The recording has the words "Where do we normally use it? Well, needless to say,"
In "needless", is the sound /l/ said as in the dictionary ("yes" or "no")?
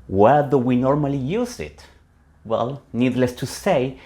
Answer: yes